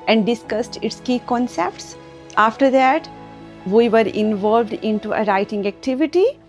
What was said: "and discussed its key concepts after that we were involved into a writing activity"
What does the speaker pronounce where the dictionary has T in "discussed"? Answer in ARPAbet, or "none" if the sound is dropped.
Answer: T